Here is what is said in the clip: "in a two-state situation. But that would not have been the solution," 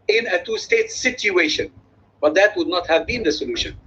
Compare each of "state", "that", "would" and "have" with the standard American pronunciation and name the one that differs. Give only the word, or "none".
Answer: none